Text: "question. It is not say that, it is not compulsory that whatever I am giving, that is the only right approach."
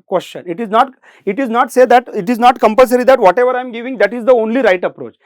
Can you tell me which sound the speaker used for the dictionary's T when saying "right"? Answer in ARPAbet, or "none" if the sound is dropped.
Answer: T